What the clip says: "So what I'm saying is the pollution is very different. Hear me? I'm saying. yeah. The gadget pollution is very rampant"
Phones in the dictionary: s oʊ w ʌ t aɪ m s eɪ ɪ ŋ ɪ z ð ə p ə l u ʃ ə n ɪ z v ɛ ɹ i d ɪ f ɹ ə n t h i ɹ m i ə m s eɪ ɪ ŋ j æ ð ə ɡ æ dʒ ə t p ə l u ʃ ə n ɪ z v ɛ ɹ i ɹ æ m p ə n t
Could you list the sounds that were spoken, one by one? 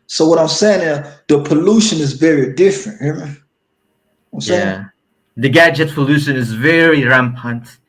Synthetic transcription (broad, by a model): s oʊ w ʌ t aɪ m s eɪ ɪ ŋ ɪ ð ə p ə l u ʃ ə n ɪ z v ɛ ɹ i d ɪ f ɹ ə n t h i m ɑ ə m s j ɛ ð ə ɡ æ dʒ ə t p ə l u ʃ ə n ɪ z v ɛ ɹ i ɹ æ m p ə n t